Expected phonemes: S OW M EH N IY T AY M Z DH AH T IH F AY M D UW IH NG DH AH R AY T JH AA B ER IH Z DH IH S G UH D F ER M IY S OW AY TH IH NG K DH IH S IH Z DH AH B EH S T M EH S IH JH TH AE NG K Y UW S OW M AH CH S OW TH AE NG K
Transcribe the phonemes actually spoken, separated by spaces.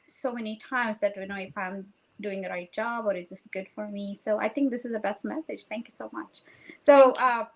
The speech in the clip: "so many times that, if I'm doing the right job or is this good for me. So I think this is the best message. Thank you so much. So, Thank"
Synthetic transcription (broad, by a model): S OW M EH N IY T AY M Z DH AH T IH F AY M D UW IH NG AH R AY T JH AA B ER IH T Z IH S G UH D F ER M IY S OW AY TH IH NG K DH IH S IH Z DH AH B EH S T M EH S IH JH TH AE NG K Y UW S OW M AH CH S OW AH